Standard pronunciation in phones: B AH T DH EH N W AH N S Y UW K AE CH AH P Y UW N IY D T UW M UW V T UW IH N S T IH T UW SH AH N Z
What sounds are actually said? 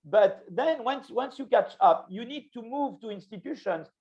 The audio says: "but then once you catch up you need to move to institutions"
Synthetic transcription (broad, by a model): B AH T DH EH N W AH N S Y UW K AE CH AH P Y UW N IY D T UW M UW V T UW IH N S T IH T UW SH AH N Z